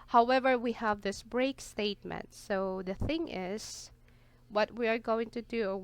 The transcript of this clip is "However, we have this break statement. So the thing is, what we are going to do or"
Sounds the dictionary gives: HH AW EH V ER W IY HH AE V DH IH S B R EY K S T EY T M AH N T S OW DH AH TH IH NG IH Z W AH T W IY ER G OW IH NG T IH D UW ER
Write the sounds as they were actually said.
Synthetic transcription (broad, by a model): HH AW EH V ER W IY HH AE V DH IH S B R EY K S T EY T M AH N T S OW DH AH TH IH NG IH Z W AH T W IY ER G OW IH NG T IH D UW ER